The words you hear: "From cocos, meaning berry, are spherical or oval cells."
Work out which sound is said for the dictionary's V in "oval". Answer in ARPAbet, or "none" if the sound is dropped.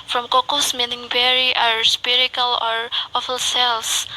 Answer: F